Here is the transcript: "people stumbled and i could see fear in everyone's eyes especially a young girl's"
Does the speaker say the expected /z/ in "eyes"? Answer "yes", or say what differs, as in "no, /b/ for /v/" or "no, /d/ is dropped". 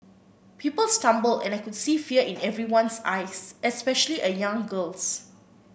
no, /s/ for /z/